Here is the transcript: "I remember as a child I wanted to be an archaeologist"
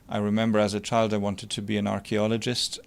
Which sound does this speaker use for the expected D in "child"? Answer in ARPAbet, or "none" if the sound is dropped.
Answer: D